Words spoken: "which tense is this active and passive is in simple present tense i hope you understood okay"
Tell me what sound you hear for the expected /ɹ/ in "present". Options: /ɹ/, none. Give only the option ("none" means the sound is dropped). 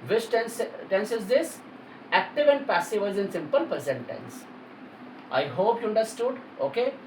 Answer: none